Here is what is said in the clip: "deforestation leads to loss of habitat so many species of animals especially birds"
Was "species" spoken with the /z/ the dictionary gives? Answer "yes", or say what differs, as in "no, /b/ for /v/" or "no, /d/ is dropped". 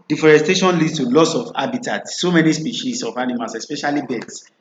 no, /s/ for /z/